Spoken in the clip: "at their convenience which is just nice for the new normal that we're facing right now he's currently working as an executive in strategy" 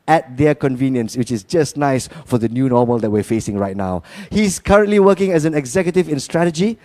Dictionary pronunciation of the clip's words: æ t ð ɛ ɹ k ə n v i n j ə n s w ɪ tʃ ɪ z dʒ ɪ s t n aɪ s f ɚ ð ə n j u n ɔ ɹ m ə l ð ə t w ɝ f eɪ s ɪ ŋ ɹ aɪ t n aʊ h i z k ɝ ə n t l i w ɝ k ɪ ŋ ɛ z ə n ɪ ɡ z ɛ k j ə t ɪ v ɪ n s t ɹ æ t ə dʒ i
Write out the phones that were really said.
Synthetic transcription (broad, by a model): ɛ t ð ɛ k ə n v i n j ə n s w ɪ tʃ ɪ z dʒ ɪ s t n aɪ s f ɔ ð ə n j u n ɔ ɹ m ə l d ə t w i f eɪ s ɪ ŋ ɹ aɪ t n aʊ h i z k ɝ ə n t l i w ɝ k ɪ ŋ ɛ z ə n ɪ ɡ z ɛ k j ə t ɪ v ɪ n s t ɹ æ t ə dʒ i